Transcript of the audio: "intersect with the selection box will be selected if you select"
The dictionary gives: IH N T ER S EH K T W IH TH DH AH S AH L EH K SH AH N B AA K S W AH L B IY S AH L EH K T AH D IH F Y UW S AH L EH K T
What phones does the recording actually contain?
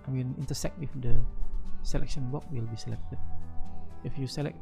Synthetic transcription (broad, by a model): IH N T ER S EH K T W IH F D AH S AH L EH K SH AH N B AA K W AH L B IY S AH L EH K T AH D IH F Y UW S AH L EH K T